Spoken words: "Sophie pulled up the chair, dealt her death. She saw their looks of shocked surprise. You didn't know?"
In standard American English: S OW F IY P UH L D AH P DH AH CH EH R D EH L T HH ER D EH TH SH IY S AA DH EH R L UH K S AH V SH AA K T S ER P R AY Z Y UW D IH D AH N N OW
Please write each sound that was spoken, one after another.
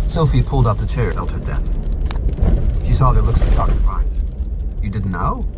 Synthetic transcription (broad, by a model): S OW F IY P UH L D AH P DH AH CH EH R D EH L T HH ER D EH TH SH IY S AA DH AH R L UH K S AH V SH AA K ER B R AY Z Y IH D IH D N N OW